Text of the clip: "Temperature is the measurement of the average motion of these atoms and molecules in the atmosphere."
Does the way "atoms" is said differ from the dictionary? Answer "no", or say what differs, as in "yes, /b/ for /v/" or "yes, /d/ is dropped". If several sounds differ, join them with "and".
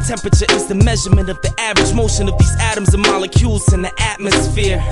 no